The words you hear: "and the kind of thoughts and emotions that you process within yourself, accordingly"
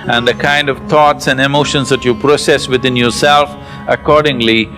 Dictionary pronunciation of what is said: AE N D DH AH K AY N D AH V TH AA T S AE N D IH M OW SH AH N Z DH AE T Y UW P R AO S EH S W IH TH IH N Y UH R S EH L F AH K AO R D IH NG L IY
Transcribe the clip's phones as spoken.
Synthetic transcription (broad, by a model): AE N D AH K AY N D AH V T AA T S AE N D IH M OW SH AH N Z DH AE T Y UW P R AO S EH S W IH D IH N Y UH R S EH L F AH K AO R D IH NG L IY